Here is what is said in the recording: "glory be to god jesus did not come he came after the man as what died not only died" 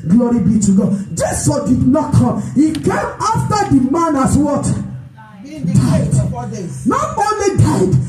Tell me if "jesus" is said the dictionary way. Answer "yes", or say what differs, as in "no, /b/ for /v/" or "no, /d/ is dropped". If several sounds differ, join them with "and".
no, /s/ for /z/ and /s/ is dropped